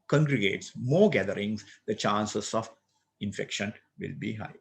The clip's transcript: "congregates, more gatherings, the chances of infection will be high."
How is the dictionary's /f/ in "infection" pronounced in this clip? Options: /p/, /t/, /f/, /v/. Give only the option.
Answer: /f/